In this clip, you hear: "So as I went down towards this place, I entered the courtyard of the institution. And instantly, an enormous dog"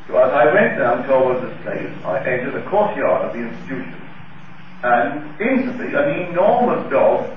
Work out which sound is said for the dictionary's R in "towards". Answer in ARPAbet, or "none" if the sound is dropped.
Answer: W